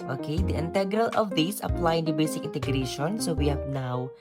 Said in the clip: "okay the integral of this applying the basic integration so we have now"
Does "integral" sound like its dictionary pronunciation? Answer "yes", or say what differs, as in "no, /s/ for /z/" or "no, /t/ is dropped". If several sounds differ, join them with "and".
yes